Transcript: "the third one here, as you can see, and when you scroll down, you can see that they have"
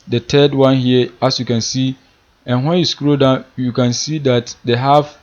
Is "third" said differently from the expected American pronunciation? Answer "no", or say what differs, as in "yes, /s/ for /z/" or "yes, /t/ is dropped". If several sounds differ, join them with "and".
yes, /t/ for /θ/